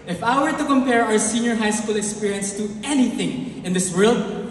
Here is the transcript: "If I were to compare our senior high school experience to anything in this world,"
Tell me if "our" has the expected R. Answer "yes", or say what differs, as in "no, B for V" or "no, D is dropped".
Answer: yes